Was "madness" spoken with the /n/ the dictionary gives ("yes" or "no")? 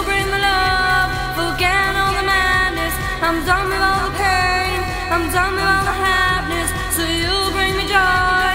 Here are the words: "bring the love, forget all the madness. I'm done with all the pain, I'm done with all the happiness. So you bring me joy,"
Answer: yes